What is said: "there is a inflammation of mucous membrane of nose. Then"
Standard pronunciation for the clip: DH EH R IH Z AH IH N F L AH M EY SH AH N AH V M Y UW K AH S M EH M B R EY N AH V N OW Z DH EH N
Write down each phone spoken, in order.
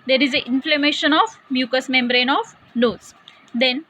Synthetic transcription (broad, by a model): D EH R IH Z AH IH N F L AH M EY SH AH N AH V M Y UW K AH S M EH M B R EY N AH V N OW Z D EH N